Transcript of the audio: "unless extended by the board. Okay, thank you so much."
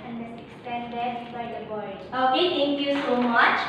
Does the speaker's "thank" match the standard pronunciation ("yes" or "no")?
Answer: no